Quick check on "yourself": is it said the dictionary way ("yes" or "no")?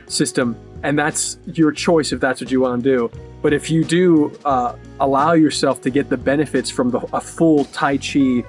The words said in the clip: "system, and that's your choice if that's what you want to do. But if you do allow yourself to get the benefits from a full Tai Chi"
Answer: yes